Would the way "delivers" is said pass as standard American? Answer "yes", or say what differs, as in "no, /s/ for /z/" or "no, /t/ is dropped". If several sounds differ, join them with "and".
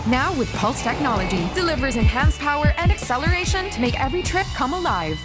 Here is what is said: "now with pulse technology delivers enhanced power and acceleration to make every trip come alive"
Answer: yes